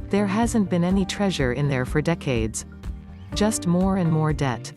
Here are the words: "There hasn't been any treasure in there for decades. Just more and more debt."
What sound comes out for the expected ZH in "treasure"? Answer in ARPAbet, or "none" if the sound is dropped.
ZH